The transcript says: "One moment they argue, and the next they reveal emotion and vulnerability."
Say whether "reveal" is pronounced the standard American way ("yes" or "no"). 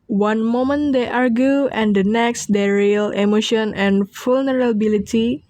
no